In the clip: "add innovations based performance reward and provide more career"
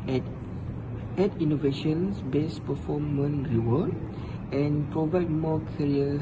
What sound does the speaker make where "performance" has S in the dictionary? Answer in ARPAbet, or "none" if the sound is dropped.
none